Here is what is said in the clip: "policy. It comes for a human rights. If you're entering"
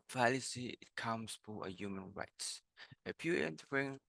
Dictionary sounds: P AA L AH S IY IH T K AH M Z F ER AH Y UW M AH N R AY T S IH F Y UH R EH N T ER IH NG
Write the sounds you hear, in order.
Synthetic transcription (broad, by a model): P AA L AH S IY IH T K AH M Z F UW AH Y UW M AH N R AY T S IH P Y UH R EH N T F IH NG